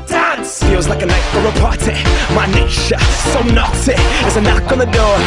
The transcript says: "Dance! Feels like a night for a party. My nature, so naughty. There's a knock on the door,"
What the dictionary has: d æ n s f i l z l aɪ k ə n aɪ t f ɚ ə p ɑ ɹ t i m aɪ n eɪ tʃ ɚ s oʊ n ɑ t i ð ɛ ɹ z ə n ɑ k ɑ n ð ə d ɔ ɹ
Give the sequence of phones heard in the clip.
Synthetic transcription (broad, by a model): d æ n s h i w z l aɪ k ə n aɪ t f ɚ ə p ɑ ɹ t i m aɪ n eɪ ʃ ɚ s oʊ n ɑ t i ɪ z ə n ɑ k n ð ə d ɔ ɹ